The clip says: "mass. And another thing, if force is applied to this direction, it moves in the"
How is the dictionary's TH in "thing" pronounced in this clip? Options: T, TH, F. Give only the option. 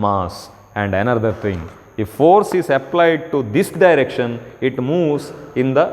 T